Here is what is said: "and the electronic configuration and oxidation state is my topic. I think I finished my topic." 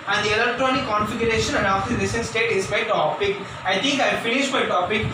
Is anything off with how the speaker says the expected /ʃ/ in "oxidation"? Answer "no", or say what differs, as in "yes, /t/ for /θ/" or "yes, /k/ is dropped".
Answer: yes, /s/ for /ʃ/